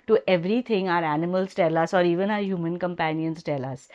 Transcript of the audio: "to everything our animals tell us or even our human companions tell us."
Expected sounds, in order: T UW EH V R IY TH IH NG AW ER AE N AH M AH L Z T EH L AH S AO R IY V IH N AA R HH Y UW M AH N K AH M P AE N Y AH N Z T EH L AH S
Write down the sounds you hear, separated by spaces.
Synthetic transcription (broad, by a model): T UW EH V R IY T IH NG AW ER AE N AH M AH L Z T EH L AH S AO R IY V IH N AA R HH Y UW M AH N K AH M P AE N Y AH N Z T EH L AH S